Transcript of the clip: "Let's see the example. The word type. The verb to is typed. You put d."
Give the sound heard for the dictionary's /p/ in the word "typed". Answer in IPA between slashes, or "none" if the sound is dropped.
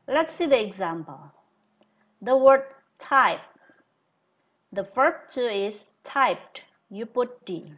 /p/